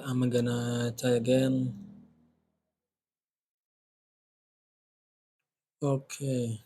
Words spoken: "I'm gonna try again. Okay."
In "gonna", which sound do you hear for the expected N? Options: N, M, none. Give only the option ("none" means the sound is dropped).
N